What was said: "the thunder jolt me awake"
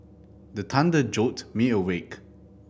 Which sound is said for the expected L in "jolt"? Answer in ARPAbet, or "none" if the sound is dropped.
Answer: none